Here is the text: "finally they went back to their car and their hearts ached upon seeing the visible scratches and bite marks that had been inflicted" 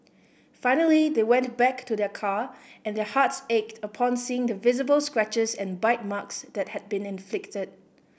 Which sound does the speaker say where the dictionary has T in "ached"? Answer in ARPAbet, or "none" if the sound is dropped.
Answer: T